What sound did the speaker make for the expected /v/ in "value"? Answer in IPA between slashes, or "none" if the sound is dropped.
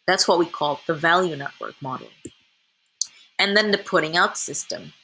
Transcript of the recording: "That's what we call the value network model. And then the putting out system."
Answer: /v/